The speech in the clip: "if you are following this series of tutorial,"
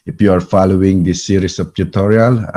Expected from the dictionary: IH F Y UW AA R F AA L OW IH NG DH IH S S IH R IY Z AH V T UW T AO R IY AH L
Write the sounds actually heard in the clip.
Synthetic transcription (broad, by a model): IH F Y UW AA R F AA L OW IH NG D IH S S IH R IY S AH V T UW T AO R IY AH L